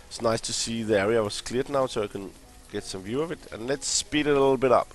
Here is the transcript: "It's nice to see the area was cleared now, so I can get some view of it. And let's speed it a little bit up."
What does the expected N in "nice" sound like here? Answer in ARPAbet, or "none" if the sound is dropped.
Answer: N